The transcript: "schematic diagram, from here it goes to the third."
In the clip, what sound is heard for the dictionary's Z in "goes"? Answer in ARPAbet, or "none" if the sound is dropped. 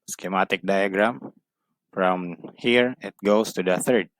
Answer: S